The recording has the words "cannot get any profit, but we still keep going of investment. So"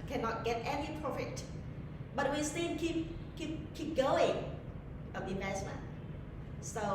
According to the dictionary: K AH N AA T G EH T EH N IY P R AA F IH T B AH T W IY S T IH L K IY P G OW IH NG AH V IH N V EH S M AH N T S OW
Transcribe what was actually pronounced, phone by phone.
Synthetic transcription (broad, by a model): K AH N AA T G EH T EH N IY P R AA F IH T B AH T W IY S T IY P K IY P G OW IH NG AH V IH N EH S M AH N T S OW